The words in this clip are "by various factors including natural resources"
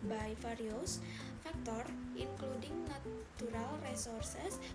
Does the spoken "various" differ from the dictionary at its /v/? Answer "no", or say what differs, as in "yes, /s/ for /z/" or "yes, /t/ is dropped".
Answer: yes, /f/ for /v/